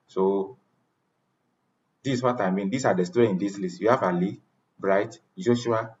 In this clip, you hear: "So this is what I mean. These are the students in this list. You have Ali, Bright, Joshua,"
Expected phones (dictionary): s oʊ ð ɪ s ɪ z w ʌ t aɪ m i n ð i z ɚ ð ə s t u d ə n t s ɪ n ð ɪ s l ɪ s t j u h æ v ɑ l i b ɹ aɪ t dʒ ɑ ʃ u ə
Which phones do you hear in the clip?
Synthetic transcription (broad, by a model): s oʊ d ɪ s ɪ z w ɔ t aɪ m i n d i s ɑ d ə s t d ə ɪ n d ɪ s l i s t j u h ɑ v ɑ l i b ɹ aɪ t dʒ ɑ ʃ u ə